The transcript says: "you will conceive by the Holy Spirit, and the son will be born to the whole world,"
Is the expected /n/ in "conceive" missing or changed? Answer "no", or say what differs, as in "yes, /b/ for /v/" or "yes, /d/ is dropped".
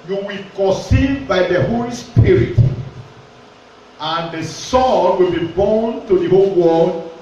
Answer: yes, /n/ is dropped